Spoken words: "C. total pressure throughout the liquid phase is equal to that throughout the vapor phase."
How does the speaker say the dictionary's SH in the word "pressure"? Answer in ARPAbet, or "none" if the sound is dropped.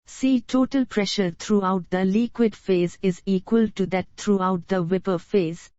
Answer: SH